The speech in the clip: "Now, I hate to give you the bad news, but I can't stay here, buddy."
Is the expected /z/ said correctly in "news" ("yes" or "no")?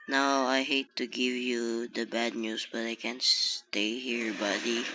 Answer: no